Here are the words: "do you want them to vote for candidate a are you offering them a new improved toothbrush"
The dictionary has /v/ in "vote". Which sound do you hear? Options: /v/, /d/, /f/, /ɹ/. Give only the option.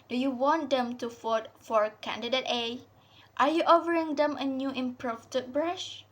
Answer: /f/